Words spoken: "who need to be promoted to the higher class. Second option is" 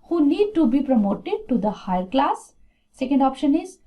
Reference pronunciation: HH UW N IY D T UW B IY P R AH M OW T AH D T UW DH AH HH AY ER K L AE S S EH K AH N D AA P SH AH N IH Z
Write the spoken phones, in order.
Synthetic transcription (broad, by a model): HH UW N IY D T UW B IY P R AH M OW T AH D T UW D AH HH AY ER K L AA S S EH K AH N D AA P SH AH N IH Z